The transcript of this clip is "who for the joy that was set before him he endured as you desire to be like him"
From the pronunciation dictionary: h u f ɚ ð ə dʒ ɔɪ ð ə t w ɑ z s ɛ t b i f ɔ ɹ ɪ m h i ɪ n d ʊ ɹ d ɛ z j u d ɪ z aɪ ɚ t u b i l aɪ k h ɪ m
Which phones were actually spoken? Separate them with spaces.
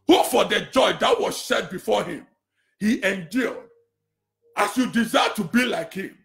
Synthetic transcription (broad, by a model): h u f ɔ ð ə dʒ ɔɪ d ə t w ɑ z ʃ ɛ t b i f ɔ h ɪ m h i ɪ n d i l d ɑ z j u d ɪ z aɪ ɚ t u b i l aɪ k h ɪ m